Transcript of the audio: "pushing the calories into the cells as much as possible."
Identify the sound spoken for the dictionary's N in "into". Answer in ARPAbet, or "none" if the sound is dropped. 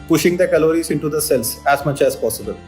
N